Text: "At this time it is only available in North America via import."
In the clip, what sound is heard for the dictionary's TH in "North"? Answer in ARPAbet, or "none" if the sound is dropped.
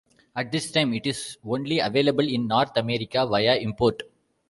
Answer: T